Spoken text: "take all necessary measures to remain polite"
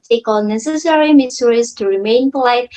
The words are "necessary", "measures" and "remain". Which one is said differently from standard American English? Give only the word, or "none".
measures